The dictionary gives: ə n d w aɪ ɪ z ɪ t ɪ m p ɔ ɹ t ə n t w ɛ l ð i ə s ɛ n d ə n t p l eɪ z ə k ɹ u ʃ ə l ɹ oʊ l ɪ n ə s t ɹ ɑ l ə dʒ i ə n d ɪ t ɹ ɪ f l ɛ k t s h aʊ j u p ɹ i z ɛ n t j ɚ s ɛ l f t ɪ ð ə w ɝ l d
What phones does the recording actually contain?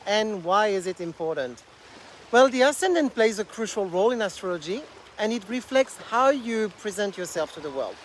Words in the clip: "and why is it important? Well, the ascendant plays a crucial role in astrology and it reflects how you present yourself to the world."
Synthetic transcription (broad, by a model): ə n w aɪ ɪ z ɪ t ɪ m p ɔ ɹ t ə n t w ɛ l ð i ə s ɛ n d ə n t p l eɪ z ə k ɹ u ʃ ə l ɹ oʊ l ɪ n ə s t ɹ ɑ l ə dʒ i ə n ɪ t ɹ ɪ f l ɛ k t s h aʊ j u p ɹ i z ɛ n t j ɚ s ɛ l f t ɪ ð ə w ɝ l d